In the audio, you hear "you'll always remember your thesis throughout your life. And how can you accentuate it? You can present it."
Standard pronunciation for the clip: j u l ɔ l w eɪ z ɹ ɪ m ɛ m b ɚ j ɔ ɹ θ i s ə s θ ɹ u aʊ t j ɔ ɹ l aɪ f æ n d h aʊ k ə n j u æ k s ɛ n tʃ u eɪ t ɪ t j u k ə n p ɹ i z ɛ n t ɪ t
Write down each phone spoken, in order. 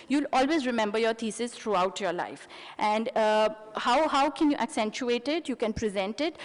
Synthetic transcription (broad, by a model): j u l ɔ l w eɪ z ɹ ɪ m ɛ m b ɚ j ɔ ɹ t i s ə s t ɹ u aʊ t j ɔ ɹ l aɪ f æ n d h aʊ k ə n j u æ k s ɛ n tʃ u eɪ t ɪ t j u k ə n p ɹ i z ɛ n t ɪ t